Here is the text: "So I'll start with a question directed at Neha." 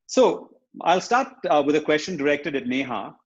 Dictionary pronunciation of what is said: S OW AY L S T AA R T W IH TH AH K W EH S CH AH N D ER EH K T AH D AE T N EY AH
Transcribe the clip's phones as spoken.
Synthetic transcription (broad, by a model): S OW AY L S T AA R T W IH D AH K W EH S CH AH N D ER EH K T AH D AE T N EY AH